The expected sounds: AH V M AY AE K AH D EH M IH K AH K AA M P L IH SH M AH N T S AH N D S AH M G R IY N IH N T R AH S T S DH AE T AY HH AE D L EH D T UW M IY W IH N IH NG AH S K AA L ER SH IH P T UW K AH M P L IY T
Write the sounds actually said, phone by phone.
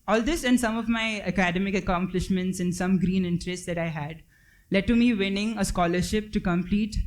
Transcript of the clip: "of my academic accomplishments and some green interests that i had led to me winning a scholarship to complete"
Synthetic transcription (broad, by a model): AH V M AY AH K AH D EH M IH K AH K AA M P L IH SH M AH N T S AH N S AH M G R IY N IH N T R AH S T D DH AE T AY HH AE D L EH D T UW M IY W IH N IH NG AH S K AA L ER SH IH P T UW K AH M P L IY T